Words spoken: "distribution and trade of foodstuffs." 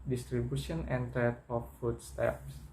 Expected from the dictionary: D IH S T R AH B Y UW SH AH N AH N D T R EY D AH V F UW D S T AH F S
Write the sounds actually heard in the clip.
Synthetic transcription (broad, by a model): D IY S T R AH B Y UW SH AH N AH N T EY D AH F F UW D S T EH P S